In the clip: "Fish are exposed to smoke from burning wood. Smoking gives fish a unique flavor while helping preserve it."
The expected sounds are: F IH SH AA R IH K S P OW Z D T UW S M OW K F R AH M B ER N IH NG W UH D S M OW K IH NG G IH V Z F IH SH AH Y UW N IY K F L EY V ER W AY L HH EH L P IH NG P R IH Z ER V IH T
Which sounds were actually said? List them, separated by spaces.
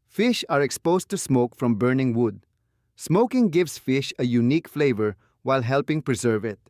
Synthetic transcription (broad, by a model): F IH SH AA R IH K S P OW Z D T UW S M OW K F R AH M B ER N IH NG W UH D S M OW K IH NG G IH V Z F IH SH AH Y UW N IY K F L EY V ER W AY L HH EH L P IH NG P R IH Z ER V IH T